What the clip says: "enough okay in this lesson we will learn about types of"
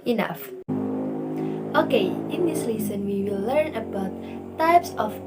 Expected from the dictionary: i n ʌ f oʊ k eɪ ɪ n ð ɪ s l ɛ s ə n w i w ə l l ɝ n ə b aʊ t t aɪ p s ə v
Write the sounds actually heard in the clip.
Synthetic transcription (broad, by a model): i n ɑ f oʊ k eɪ ɪ n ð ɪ s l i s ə n w i w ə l l ɝ n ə b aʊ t t aɪ p s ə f